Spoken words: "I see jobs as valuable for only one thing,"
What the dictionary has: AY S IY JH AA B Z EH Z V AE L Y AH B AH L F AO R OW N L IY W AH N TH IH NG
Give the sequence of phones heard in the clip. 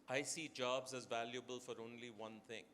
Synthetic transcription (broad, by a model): AY S IY JH AA B Z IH Z V AE L Y AH B AH L F AO R OW N L IY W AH N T IH NG